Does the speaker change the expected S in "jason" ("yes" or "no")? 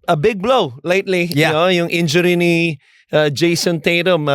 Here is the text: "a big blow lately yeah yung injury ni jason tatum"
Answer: no